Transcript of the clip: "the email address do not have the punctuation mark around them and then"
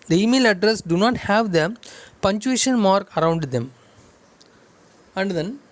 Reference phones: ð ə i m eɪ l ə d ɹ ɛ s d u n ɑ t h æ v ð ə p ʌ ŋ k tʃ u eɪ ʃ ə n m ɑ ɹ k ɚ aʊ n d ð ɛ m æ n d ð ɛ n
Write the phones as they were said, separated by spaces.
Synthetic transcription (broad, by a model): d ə i m eɪ l ə d ɹ ɛ s d u n ɑ t h æ v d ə p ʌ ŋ tʃ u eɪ ʃ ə n m ɑ ɹ k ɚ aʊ n d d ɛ m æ n d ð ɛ n